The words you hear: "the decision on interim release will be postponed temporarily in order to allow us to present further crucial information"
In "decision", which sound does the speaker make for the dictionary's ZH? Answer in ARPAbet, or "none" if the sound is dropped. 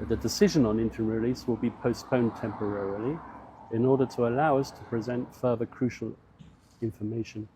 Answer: ZH